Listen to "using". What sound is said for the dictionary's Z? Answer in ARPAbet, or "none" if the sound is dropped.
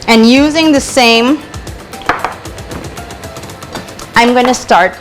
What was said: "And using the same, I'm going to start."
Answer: Z